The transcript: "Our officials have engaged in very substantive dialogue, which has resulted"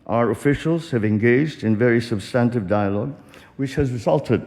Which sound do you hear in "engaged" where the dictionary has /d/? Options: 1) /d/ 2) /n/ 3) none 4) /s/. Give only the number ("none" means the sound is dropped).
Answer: 1